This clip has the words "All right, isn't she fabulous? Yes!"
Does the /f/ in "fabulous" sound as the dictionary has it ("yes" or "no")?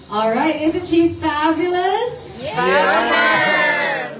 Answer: yes